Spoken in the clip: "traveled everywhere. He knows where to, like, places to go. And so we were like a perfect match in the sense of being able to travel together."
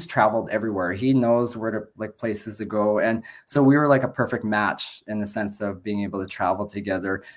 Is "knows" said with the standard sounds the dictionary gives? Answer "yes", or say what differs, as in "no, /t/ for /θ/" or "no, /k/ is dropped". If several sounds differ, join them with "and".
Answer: yes